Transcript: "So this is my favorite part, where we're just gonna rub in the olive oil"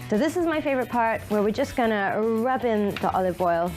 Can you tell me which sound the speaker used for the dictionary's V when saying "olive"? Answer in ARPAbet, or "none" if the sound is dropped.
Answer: V